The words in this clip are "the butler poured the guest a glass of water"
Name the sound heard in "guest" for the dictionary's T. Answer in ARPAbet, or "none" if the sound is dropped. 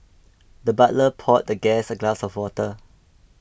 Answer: none